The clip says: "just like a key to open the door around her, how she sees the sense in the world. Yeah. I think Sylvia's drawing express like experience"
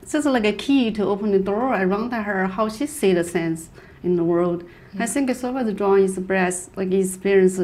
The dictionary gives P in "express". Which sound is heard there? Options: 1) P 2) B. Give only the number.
2